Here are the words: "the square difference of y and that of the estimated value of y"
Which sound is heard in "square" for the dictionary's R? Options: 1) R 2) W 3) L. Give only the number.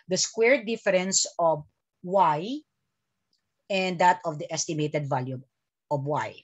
1